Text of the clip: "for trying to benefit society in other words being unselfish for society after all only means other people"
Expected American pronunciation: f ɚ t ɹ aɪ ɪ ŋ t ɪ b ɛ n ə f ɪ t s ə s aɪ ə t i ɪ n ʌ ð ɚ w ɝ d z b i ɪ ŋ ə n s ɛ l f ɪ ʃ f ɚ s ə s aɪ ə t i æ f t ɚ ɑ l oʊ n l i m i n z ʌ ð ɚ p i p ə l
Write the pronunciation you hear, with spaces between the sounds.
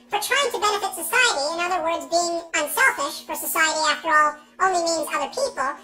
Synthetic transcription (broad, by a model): f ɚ t ɹ aɪ ɪ ŋ t ɪ b ɛ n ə f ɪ t s ə s aɪ ə t i ɪ n ʌ ð ɚ w ɝ d z b i ɪ ŋ ə n s ɛ l f ɪ ʃ f ɚ s ə s aɪ ə t i æ f t ɚ ɑ l oʊ n l i m i n z ʌ ð ɚ p i p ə l